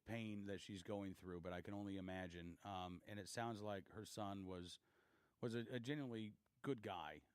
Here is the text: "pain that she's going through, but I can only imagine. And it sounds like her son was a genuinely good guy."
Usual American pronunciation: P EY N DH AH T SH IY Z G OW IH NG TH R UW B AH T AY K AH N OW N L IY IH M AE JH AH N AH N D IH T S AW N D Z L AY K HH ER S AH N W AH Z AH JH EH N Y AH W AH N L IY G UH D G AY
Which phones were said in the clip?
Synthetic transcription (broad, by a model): P EY N DH AH T SH IY Z G OW IH NG TH R UW B AH T AY K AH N OW N L IY IH M AE JH AH N AH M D IH T S AW N D Z L AY K HH ER S AH N W AH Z AH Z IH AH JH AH N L IY G UH D G AY